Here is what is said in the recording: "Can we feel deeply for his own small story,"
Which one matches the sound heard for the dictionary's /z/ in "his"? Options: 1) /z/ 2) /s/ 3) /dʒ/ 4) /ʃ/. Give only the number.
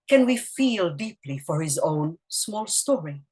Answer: 1